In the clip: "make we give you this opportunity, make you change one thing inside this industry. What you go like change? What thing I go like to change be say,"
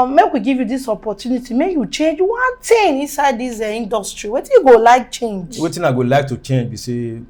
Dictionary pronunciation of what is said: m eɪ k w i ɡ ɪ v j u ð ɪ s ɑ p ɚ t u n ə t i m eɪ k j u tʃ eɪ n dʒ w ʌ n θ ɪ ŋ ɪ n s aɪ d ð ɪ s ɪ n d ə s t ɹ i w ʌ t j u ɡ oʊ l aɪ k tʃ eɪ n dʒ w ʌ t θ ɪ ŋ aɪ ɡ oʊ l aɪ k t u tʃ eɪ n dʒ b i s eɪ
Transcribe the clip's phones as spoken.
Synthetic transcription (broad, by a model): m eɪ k w i ɡ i v j u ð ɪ s ɑ p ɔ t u n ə t i m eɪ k j u tʃ eɪ n dʒ w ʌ n t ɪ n ɪ n s aɪ d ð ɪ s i n d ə s t ɹ i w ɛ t j u ɡ oʊ l aɪ k tʃ eɪ n dʒ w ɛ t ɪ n aɪ ɡ oʊ l aɪ k t u tʃ eɪ n dʒ b i s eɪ